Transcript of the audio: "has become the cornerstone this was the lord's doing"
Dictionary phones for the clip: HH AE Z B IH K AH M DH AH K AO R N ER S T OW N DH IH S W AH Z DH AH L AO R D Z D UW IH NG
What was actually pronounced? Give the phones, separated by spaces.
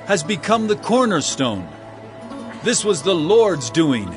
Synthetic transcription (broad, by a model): HH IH Z B IH K AH M DH AH K AO R N ER S T OW N DH IH S W AH Z DH AH L AO R D Z D UW IH NG